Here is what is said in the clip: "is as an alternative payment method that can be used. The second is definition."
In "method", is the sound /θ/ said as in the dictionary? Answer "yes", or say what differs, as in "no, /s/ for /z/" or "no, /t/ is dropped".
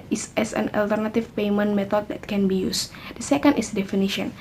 no, /t/ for /θ/